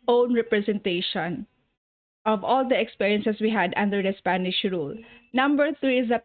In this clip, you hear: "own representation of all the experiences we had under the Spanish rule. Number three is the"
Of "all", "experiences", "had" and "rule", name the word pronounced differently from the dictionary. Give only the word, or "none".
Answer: experiences